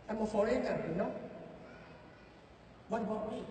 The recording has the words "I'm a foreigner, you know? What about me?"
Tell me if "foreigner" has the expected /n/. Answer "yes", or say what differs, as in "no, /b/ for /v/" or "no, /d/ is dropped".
no, /n/ is dropped